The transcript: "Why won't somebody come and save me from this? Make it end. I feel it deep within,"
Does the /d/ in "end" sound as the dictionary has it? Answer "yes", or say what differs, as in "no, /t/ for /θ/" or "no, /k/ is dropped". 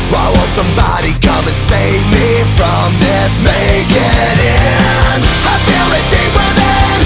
no, /d/ is dropped